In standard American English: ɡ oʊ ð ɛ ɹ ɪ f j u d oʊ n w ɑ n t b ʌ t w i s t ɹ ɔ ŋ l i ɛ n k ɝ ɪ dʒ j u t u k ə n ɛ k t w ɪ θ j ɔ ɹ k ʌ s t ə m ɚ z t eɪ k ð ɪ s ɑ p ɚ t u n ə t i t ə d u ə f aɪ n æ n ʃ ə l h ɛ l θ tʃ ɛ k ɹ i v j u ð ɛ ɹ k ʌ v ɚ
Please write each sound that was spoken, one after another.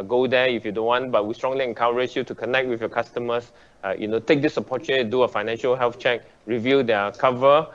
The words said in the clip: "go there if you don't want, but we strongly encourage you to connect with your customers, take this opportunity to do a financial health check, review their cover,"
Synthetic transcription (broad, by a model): ɡ oʊ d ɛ ɪ f j u d oʊ n w ɑ n t b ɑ t w i s t ɹ ɔ ŋ l i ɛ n k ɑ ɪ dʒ j u t u k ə n ɛ k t w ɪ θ j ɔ k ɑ s t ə m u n t eɪ k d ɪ s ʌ p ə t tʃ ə d u ə f aɪ n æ n ʃ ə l h ɛ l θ tʃ ɛ k ɹ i v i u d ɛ k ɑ v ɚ